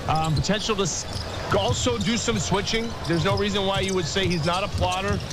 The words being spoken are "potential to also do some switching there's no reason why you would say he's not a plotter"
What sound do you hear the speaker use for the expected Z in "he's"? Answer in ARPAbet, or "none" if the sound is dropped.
Z